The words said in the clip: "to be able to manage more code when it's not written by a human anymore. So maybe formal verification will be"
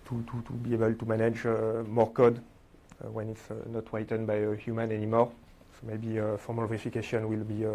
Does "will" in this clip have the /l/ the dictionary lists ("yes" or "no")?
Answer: yes